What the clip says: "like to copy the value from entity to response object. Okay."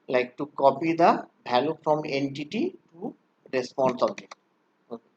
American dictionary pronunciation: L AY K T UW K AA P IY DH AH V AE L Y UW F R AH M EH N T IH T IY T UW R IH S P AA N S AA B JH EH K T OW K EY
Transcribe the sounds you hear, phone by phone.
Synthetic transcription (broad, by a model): L AY K T UW K AA P IY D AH B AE L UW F R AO M EH N T IH T IY T UW R IH S P AA N S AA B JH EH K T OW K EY